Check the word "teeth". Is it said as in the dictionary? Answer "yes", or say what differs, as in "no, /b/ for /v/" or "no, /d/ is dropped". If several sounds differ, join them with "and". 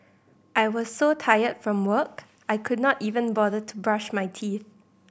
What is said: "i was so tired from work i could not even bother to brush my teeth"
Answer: yes